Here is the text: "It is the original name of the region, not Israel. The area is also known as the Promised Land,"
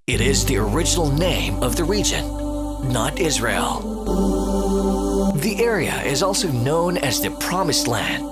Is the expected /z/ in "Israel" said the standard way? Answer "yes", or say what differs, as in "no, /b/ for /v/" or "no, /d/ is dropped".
yes